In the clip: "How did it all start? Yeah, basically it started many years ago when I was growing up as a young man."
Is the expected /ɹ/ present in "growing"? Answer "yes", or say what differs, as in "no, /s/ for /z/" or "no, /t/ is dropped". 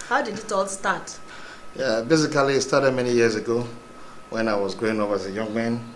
no, /ɹ/ is dropped